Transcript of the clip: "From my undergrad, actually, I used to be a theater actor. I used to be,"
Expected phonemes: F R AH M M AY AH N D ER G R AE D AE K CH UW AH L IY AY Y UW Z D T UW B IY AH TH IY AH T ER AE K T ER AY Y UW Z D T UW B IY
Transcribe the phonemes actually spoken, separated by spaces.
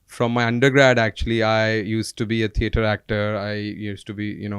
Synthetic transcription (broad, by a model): F R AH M M AY AH N D ER G R AE D AE K CH UW AH L IY AY Y UW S T UW B IY AH T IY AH T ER AE K T ER AY Y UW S T UW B IY